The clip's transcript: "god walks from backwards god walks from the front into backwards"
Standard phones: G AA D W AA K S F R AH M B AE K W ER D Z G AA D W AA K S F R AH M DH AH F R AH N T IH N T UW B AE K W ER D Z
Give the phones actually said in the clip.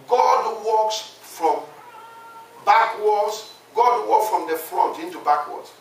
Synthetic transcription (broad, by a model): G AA D W AA K S F R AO M B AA K W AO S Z G AA D W AA K S F R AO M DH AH F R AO T IH N T UW B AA K W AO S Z